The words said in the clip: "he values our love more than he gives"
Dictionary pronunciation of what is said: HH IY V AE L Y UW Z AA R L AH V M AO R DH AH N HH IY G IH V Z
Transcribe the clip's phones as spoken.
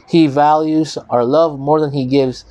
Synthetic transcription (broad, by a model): HH IY V AE L Y UW Z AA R L AH V M AO R DH AH N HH IY G IH V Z